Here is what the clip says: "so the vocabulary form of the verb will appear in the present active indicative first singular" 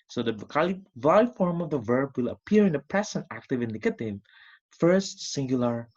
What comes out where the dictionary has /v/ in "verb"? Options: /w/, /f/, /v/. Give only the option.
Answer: /v/